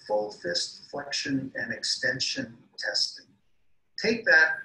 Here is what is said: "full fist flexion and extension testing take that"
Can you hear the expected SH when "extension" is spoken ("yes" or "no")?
yes